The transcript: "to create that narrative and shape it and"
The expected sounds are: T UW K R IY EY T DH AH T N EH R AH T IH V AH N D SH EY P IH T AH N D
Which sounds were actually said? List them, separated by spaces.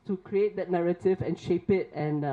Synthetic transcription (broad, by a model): T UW K R IY EY T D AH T N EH R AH T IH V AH N SH EY P IH T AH N